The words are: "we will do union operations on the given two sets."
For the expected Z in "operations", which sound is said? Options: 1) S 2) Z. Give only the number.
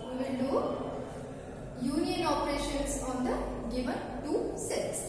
1